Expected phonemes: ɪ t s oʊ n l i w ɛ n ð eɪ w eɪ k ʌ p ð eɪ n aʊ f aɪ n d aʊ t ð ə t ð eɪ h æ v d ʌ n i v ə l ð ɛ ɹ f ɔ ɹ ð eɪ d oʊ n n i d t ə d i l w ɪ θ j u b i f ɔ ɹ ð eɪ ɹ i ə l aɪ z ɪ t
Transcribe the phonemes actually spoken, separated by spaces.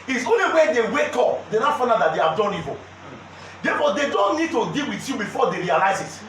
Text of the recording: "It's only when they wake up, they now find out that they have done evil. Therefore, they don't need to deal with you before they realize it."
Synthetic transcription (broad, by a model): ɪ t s oʊ n l i w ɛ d eɪ w eɪ k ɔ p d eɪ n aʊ f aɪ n aʊ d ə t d eɪ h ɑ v d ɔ n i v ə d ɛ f ɔ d eɪ d oʊ n n i d t ə d i l w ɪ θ j u b i f ɔ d eɪ ɹ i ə l aɪ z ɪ t